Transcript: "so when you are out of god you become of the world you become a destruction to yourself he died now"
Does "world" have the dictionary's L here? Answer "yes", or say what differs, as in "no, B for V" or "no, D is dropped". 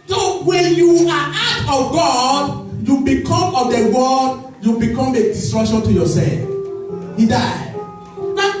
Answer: no, L is dropped